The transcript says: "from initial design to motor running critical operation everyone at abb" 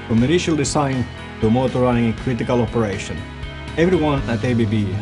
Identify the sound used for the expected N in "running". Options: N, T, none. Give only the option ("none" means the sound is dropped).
none